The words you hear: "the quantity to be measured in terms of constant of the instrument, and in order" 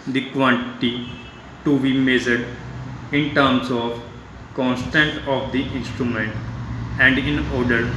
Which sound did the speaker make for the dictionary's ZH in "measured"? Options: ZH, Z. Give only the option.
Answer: Z